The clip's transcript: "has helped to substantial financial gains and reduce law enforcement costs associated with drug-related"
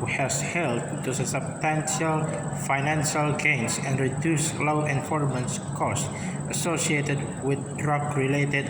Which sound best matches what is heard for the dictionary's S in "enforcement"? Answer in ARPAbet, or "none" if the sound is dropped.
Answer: none